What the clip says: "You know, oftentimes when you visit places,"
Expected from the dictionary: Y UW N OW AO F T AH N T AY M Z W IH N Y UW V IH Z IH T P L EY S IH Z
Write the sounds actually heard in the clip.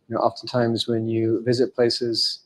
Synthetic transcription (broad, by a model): Y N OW AO F T AH N T AY M Z W IH N Y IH V IH Z IH T P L EY S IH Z